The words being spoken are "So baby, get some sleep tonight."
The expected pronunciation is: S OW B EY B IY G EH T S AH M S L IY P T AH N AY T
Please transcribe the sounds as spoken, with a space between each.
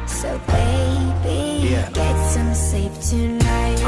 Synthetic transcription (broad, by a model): S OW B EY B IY G EH T S AH M S EH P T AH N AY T